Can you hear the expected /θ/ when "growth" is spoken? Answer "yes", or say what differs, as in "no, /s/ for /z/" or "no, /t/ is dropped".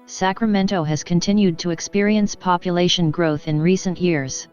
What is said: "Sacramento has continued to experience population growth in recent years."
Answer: yes